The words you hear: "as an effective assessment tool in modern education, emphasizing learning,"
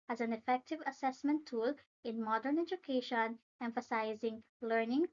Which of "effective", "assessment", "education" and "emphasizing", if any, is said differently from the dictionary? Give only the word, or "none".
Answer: none